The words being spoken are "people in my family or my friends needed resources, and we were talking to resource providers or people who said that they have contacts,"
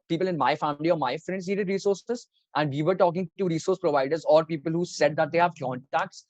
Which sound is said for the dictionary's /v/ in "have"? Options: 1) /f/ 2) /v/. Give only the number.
2